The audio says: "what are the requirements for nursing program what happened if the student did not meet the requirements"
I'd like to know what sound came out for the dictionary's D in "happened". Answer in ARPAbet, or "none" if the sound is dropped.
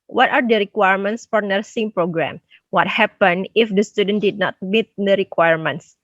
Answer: none